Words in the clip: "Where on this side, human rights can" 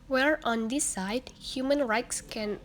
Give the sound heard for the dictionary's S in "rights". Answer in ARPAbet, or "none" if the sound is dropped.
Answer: S